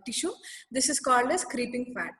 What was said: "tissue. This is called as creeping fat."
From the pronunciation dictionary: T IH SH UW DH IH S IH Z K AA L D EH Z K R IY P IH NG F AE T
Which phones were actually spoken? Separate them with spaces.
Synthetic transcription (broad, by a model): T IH SH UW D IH S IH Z K AA L D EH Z K R IY P IH NG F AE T